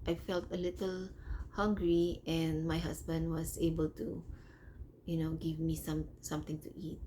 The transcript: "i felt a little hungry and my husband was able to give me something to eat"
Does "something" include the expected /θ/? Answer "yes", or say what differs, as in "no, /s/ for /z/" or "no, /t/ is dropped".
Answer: no, /t/ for /θ/